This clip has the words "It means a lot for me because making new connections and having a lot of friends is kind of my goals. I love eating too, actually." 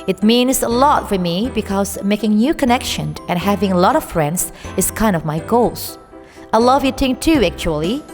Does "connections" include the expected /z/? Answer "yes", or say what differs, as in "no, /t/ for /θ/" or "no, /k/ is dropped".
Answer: no, /z/ is dropped